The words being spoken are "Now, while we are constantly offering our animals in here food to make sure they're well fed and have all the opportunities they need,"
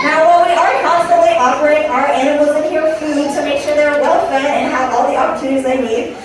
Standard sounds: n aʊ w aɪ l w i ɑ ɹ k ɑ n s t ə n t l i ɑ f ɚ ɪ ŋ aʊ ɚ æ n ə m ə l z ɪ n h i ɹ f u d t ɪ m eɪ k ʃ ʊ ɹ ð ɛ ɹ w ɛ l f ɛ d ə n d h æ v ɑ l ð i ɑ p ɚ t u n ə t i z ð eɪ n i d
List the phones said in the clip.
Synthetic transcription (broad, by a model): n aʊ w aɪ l w i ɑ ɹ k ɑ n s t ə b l i ɑ p ɚ ɪ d aʊ ɚ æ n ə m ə l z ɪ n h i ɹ f u d t ɪ m eɪ k ʃ ʊ ɹ ð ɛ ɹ w ɛ l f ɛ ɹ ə n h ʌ v ɑ l ð i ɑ p ɚ t u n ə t i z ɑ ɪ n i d